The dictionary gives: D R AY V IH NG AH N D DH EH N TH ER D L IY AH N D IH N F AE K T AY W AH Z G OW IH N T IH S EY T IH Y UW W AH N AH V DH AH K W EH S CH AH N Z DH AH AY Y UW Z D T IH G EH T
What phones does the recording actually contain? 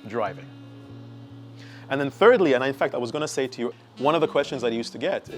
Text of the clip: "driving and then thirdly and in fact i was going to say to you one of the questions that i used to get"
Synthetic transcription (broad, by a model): D R AY V IH NG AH N DH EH N TH ER D L IY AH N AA IH N F AE K T AY W AH Z G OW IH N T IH S EY T IH Y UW W AH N AH V DH AH K W EH S CH AH N Z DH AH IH Y UW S T IH G EH T